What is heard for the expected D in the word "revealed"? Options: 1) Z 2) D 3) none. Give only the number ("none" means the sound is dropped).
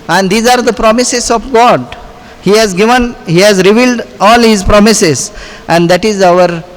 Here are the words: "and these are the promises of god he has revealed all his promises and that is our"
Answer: 2